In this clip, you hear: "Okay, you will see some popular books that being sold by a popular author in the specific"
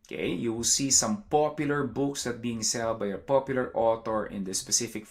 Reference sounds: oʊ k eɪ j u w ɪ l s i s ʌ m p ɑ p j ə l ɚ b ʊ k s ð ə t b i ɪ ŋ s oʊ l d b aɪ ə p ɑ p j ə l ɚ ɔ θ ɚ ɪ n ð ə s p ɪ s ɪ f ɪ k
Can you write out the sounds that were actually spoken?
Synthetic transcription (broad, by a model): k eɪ j u w ɪ l s i s ʌ m p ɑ p j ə l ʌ b ʊ k s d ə t b i ɪ ŋ s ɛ l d b aɪ ə p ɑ p j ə l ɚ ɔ t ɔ ɪ n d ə s p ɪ s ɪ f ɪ k